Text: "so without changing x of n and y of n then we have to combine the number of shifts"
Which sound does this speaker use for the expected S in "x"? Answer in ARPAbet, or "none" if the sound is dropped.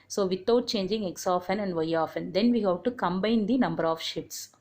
S